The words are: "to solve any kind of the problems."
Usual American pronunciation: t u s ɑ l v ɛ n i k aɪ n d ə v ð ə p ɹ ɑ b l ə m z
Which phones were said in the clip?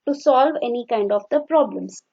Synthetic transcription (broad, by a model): t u s ɑ l v ɛ n i k aɪ n d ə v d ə p ɹ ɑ b l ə m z